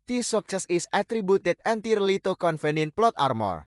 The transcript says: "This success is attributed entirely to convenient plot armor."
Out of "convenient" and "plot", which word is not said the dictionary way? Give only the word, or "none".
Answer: convenient